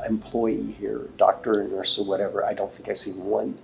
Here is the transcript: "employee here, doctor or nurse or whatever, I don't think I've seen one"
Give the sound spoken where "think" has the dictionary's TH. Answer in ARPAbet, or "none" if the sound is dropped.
TH